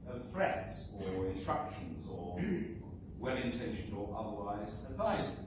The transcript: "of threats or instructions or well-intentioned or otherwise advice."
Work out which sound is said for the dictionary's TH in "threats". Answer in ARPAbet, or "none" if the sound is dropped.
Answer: F